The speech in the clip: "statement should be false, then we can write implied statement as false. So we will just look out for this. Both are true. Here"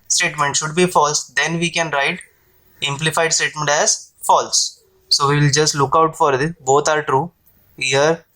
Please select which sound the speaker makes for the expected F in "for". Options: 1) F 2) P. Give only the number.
1